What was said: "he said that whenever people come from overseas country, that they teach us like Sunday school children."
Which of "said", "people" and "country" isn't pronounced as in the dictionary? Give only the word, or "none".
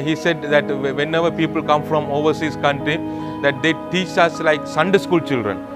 none